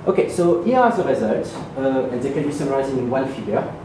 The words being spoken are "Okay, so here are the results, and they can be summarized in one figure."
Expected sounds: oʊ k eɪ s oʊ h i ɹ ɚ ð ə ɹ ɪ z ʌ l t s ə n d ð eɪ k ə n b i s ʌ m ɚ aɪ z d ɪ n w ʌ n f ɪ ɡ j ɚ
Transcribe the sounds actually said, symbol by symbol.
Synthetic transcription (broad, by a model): oʊ k eɪ s oʊ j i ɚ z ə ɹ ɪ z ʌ t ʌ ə n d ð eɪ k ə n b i s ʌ m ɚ aɪ z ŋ ɪ n w ʌ n f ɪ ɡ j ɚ